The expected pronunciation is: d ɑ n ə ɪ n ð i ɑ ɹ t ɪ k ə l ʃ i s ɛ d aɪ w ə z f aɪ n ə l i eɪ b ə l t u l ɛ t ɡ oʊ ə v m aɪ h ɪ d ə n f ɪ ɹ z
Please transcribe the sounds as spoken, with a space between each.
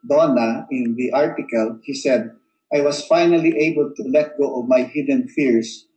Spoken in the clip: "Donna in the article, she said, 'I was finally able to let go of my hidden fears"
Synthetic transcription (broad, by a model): d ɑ n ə ɪ n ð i ɑ ɹ t ɪ k ə l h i s ɛ d aɪ w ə s f aɪ n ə l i eɪ b ə l t u l ɛ t ɡ oʊ ə v m aɪ h ɪ d ə n f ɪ ɹ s